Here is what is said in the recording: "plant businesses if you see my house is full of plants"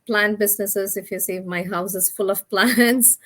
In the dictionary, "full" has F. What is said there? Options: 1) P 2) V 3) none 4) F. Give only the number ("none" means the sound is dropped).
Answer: 4